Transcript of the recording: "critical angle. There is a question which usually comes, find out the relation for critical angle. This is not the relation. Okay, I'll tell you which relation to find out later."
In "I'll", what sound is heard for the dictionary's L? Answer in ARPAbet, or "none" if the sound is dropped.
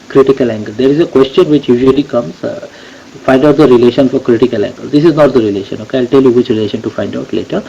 L